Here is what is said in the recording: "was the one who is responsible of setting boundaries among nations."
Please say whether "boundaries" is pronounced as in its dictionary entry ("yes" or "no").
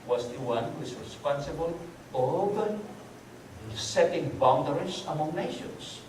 no